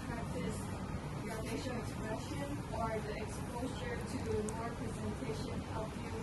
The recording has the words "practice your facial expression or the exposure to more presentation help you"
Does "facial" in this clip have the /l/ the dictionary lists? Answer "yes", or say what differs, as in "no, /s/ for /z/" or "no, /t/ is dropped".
no, /n/ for /l/